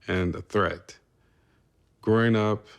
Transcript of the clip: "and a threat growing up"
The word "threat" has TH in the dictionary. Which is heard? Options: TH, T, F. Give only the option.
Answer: TH